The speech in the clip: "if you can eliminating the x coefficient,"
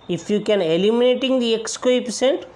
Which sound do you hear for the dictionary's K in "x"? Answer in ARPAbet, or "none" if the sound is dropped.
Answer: K